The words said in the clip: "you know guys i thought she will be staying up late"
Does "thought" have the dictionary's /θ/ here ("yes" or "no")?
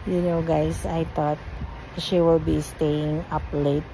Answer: no